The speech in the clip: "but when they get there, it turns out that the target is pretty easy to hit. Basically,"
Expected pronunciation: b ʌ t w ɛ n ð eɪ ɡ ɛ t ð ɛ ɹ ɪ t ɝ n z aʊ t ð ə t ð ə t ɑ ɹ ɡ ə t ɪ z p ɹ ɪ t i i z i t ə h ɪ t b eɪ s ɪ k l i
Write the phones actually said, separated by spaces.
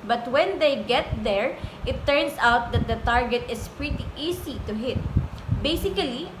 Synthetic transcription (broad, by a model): b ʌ t w ɛ n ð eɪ ɡ ɛ t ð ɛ ɹ ɪ t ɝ n s aʊ t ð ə t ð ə t ɑ ɹ ɡ ə t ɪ s p ɹ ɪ t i i s i t ə h ɪ t b eɪ s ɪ k l i